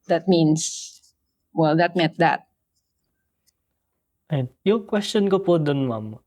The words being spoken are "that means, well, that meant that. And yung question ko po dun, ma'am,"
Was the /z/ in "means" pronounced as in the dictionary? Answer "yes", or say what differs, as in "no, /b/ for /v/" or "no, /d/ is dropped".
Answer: no, /s/ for /z/